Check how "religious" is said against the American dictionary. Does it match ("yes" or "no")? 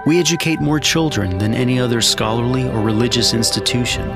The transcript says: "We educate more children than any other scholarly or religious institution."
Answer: yes